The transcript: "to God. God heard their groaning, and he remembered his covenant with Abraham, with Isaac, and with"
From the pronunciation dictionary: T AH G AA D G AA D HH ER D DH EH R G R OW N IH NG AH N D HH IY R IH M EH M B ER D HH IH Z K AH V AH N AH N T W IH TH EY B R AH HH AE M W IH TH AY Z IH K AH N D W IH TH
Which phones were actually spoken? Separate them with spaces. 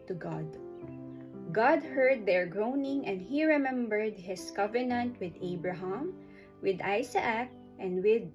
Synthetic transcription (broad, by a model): T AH G AA D G AA D HH ER D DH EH R G R OW N IH NG AH N D HH IY R IH M EH M B ER D HH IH S K AH V AH N AH N T W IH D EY B R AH HH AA M W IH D AY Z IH K AH N D W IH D